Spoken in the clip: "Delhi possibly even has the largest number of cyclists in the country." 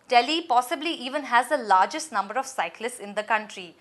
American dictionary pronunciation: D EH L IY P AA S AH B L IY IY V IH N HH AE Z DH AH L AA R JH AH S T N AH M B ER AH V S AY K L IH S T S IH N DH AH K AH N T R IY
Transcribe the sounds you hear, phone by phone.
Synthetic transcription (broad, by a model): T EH L IY P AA S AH B L IY IY V IH N HH AE Z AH L AA R JH AH S T N AH M B ER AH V S AY K L IH S T S IH N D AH K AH N T R IY